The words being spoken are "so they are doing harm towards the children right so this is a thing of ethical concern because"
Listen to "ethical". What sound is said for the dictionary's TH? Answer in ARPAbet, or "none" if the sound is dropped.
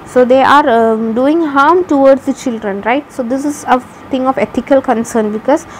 T